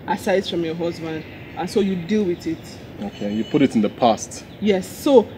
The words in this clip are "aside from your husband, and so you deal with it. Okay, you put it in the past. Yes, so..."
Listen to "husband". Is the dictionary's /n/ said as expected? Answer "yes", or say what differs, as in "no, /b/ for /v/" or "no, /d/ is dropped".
yes